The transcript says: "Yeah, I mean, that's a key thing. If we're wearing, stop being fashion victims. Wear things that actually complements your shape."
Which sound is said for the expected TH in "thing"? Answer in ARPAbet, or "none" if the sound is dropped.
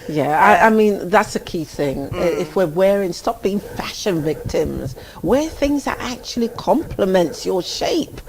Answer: TH